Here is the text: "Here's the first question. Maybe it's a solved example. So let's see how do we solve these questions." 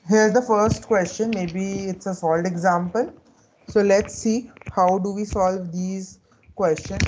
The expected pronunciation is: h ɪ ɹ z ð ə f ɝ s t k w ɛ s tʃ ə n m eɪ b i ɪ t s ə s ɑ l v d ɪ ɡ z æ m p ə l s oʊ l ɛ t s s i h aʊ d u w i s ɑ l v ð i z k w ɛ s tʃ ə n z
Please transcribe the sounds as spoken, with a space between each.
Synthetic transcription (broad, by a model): h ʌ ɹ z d ə f ɝ s t k w ɛ s tʃ ə n m eɪ b i ɪ t s ə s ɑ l d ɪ ɡ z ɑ m p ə l s oʊ l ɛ t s s i h aʊ d u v i s ɑ l v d i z k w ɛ s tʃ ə n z